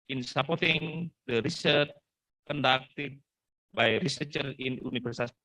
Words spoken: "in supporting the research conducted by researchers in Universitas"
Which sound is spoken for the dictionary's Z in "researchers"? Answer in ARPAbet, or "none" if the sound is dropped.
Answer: none